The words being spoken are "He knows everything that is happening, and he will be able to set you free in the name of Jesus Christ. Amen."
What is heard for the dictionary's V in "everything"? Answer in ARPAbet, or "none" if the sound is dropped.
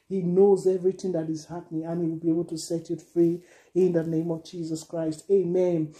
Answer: V